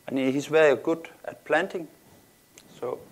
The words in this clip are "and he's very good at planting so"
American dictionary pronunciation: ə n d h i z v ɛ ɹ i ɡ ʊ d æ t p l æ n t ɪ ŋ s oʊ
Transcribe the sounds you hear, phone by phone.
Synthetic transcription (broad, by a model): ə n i h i s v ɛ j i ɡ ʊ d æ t p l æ n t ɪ ŋ s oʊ